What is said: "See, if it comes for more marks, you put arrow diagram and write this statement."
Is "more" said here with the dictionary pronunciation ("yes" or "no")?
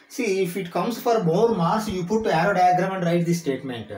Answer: no